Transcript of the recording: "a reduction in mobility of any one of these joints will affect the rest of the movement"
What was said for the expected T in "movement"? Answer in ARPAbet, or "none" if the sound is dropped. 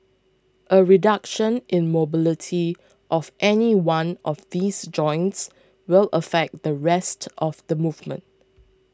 T